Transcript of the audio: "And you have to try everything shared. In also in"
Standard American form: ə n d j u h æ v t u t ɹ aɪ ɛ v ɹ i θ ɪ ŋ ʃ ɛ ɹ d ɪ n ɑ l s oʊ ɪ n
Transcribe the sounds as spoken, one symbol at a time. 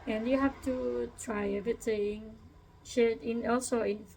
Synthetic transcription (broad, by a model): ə n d j u h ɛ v t u t ɹ aɪ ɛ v ɹ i t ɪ ŋ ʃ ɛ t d ɪ n ɑ l s oʊ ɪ n